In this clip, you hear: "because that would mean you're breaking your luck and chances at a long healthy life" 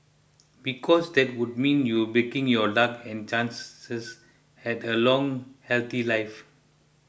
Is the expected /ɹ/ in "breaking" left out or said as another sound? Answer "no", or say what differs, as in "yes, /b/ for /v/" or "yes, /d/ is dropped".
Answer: yes, /ɹ/ is dropped